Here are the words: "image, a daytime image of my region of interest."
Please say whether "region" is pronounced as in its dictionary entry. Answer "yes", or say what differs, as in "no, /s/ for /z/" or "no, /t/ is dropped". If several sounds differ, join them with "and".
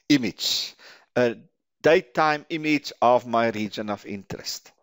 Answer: yes